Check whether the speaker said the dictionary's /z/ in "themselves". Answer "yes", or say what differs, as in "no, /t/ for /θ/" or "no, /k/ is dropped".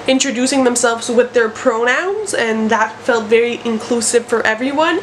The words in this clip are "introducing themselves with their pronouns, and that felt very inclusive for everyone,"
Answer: yes